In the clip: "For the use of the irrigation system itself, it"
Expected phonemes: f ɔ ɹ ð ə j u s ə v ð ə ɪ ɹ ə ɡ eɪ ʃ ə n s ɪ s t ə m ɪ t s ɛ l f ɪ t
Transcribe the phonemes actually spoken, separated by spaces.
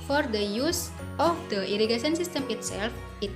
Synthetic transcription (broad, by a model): f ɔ ɹ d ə j u s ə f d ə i ɹ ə ɡ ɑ s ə n s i s t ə m ɪ t s ɛ l f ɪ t